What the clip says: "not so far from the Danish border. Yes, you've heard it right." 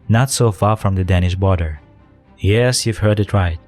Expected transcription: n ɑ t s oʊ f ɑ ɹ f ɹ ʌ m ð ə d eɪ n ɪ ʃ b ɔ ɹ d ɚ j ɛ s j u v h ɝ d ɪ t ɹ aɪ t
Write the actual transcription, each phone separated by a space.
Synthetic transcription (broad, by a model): n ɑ t s oʊ f ɑ ɹ f ɹ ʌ m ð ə d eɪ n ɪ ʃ b ɔ ɹ d ɚ j ɛ s j u v h ɝ d ɪ t ɹ aɪ t